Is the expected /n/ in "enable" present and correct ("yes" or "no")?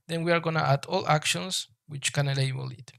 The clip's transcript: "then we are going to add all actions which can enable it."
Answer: no